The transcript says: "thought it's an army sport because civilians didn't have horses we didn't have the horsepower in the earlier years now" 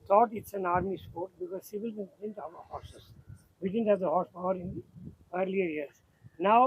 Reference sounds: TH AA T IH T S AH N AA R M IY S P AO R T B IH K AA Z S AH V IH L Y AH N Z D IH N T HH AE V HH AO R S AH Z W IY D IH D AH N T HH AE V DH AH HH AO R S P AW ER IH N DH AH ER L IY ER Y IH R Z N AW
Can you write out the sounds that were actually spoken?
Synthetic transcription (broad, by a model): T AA T IH T S AH N AA R M IY S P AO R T B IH K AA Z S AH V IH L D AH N D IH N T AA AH HH AO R S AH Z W IY D IH D AH N T HH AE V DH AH HH AO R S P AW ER IH N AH ER L IY ER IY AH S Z N AW